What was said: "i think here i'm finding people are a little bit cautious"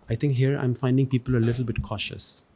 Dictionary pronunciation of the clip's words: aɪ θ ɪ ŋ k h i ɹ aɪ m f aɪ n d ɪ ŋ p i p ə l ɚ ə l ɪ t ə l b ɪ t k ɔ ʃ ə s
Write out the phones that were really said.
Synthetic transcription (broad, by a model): aɪ t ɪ ŋ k h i ɹ aɪ m f aɪ n d ɪ ŋ p i p ə l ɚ ə l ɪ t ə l b ɪ t k ɔ ʃ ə s